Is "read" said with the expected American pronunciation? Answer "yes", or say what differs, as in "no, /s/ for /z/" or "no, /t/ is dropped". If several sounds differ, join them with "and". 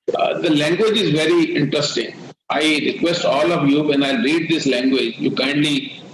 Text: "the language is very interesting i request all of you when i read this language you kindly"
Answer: yes